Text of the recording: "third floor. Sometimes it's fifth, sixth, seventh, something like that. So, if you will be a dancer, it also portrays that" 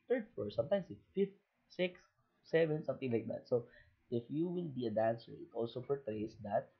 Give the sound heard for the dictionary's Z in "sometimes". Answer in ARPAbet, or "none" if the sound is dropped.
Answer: S